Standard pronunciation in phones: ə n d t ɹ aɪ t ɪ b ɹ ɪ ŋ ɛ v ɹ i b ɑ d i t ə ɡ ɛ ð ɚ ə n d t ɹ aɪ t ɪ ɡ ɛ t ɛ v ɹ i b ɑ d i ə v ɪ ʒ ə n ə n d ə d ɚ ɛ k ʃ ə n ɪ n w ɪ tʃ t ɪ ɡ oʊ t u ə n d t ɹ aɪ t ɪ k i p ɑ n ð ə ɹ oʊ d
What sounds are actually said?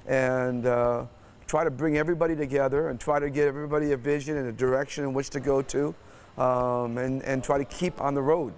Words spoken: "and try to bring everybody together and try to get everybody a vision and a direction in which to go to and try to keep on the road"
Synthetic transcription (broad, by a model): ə n t ɹ aɪ t ɪ b ɹ ɪ ŋ ɛ v ɹ i b ɑ d i t ə ɡ ɛ ð ɚ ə n t ɹ aɪ t ɪ ɡ ɛ t ɛ v ɹ i b ɑ d i ə v ɪ ʒ ə n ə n ə d ɚ ɛ k ʃ ə n ɪ n w ɪ tʃ t ɪ ɡ oʊ t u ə n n t ɹ aɪ t ɪ k i p n ð ə ɹ oʊ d